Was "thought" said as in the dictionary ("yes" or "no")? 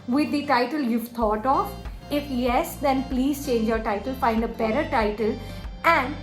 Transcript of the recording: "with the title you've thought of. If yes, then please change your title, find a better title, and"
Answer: no